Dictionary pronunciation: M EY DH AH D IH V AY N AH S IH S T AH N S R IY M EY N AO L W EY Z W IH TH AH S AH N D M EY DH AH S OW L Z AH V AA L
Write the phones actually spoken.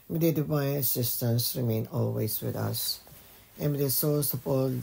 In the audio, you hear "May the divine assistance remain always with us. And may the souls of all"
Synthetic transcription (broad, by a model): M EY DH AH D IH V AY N AH S IH S T AH N S R IY M EY N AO L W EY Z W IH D AH S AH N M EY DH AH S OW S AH P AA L